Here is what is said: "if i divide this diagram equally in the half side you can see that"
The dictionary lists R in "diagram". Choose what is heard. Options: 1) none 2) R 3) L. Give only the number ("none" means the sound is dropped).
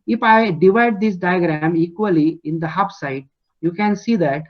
2